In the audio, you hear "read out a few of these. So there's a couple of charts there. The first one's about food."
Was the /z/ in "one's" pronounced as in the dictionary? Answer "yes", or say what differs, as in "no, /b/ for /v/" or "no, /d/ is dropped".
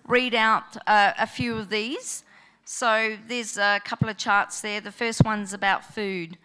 yes